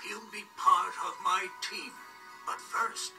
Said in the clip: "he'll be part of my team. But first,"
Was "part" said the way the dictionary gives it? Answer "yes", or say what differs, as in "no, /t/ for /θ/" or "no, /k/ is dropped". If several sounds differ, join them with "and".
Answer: yes